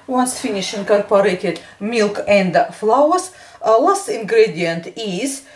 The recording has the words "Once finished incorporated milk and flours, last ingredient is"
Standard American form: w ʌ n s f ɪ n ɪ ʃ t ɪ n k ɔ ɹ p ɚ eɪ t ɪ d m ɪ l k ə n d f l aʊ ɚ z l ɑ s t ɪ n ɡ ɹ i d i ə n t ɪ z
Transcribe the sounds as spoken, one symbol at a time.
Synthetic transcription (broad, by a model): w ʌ n s f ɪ n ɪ ʃ ɪ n k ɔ ɹ p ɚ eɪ t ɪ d m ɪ l k ə n d f l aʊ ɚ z l ɑ s t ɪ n ɡ ɹ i d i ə n t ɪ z